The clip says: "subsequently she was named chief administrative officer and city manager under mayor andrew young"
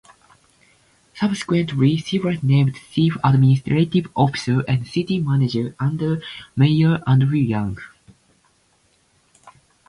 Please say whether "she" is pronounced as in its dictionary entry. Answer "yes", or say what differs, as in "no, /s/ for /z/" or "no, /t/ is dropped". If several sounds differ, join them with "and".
no, /s/ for /ʃ/